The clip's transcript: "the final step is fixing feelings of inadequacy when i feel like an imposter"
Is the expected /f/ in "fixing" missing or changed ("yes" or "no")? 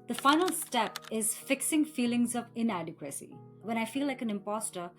no